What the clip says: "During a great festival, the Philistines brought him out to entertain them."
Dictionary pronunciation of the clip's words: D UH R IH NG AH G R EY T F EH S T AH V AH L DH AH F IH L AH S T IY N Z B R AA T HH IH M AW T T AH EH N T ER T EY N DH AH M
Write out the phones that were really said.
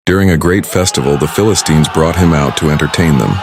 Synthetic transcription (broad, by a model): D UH R IH NG AH G R EY T F EH S T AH V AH L DH AH F IH L AH S T IY N Z B R AA T HH IH M AW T T AH EH N T ER T EY N DH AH M